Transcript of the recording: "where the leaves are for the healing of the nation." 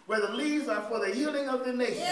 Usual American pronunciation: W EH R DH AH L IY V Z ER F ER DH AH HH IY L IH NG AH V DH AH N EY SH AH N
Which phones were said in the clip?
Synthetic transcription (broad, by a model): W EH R DH AH L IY Z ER F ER DH AH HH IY L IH NG AH V DH AH N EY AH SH